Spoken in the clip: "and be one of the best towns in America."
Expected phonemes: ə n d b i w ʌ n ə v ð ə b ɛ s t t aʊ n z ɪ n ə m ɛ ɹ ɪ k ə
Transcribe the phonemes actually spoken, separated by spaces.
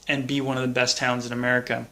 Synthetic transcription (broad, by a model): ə n b i w ʌ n ə v ð ə b ɛ s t t aʊ n z ɪ n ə m ɛ ɹ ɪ k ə